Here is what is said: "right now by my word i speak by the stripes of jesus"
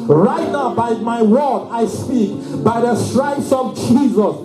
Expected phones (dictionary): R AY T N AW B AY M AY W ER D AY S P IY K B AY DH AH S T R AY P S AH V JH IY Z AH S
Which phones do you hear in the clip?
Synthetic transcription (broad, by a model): R AY T N AW B AY M AY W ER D AY S P IY K B AY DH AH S T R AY S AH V JH IY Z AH S